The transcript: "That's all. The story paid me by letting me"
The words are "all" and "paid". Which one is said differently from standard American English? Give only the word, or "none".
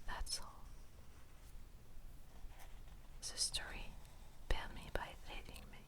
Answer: paid